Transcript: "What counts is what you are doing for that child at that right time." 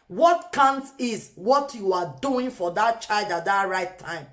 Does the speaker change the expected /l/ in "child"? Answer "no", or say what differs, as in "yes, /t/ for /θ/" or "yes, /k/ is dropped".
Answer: no